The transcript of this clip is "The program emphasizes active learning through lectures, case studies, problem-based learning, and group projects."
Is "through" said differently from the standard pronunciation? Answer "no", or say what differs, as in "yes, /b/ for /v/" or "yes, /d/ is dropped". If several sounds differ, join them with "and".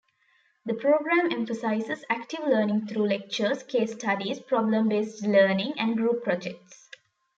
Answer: yes, /t/ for /θ/